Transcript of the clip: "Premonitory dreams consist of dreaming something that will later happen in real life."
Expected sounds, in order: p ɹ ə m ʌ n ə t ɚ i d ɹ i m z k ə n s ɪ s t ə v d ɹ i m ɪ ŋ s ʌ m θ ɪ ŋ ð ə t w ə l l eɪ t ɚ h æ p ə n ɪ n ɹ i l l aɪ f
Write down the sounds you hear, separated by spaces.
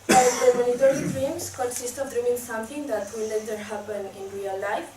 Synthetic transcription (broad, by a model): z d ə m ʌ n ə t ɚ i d ɹ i m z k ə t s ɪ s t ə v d ɹ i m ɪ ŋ s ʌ m t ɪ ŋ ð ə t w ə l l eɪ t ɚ h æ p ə n ɪ n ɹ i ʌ l aɪ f